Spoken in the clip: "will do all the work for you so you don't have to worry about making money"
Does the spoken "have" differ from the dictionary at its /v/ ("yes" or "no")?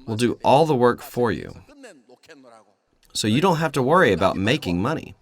yes